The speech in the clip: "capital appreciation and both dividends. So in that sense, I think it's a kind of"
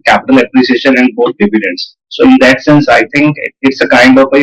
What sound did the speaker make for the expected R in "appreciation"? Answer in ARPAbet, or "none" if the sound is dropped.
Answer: L